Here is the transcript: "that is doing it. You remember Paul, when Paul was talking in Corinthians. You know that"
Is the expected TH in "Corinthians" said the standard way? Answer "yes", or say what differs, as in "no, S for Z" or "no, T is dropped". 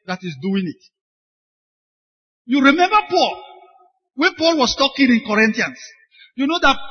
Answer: no, T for TH